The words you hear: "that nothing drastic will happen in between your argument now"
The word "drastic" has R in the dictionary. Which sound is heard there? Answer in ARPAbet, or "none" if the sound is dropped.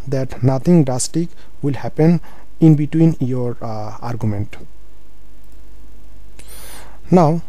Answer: none